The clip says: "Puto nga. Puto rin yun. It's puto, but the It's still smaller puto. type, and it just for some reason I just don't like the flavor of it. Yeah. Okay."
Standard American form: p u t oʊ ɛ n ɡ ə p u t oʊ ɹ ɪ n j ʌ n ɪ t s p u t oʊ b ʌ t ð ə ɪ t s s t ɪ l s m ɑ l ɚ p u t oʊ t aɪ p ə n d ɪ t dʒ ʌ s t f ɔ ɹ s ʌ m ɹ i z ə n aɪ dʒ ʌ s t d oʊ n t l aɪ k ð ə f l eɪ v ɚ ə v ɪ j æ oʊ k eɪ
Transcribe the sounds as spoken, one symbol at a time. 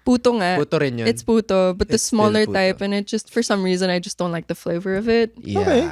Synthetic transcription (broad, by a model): p u t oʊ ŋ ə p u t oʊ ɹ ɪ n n ɪ t s p u t oʊ b ʌ t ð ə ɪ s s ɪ s m ɑ l ɚ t t aɪ p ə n ɪ t dʒ ʌ s t f ɔ ɹ s ʌ m ɹ i z ə n aɪ dʒ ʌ s d oʊ n t l aɪ k ð ə f l eɪ v ɚ ə v ɪ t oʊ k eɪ